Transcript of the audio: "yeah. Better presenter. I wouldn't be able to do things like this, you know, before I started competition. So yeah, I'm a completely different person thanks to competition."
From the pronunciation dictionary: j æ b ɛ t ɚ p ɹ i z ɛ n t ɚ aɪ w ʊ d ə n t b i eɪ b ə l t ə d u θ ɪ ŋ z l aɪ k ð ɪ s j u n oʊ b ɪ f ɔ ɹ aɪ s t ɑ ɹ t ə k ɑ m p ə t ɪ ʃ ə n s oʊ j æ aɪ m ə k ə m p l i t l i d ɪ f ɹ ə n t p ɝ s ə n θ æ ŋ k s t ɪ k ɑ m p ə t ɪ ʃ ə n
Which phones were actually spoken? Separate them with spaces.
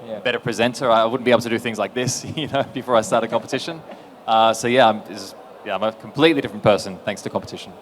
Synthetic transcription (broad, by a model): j b ɛ t ɚ p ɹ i z ɛ n t ɚ aɪ w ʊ d n b i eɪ ə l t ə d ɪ θ ɪ ŋ z l aɪ k ð ɪ s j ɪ n oʊ b ɪ f ɔ ɹ aɪ s t ɑ ɹ t ə k ɑ m p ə t ɪ ʃ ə n s oʊ j æ aɪ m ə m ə m p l i t l i d ɪ f ɹ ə n p ɝ s ə n θ æ ŋ k s t ɪ k ɑ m p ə t ɪ ʃ n